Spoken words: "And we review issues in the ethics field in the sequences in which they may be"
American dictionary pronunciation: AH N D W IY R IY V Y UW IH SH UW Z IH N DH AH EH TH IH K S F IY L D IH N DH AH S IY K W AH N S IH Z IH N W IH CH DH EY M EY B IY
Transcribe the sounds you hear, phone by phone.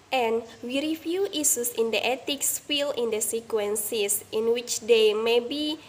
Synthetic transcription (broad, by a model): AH N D W IY R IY F Y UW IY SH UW S IH N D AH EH T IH K S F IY L IH N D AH S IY K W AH N S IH S IH N W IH CH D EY M EY B IY